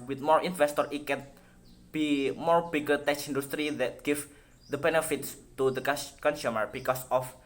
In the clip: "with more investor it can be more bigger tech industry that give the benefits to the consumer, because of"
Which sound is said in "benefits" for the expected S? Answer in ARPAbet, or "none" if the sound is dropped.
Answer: S